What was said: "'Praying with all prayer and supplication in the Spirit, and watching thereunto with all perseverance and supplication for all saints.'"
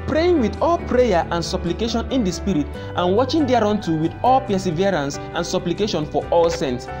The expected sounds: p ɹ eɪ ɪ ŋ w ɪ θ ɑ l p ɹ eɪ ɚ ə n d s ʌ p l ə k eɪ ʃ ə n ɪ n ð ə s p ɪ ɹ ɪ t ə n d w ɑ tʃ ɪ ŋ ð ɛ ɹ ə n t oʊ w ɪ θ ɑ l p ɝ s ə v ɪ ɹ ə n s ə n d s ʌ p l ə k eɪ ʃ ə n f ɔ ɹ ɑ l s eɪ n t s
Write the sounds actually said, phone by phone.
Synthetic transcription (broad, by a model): p ɹ eɪ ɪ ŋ w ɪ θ ɑ l p ɹ eɪ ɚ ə n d s ʌ p l ə k eɪ ʃ ə n ɪ n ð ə s p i ɹ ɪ t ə n w ɑ tʃ ɪ ŋ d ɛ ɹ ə n t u w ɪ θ ɑ l p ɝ s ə v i ɹ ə n s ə n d s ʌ p l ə k eɪ ʃ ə n f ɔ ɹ ɑ l s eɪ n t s